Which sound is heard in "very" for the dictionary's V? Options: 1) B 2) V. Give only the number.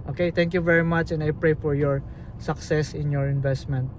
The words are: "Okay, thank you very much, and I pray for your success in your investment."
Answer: 2